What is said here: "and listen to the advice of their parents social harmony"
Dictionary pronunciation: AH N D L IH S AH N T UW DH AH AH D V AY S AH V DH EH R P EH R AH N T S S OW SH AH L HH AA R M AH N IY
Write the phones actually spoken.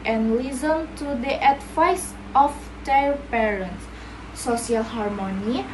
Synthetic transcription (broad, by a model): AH N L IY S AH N T UW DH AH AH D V AY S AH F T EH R P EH R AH N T S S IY AH L HH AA R M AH N IY